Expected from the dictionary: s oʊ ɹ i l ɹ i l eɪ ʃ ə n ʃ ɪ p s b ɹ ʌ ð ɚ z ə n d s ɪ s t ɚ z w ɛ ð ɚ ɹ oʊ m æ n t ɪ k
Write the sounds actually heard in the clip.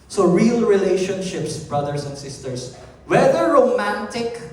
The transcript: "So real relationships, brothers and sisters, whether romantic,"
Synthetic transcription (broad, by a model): s oʊ ɹ i l ɹ i l eɪ ʃ ə n ʃ ɪ p s b ɹ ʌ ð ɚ s ə n d s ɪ s t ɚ s w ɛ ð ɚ ɹ oʊ m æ n t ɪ k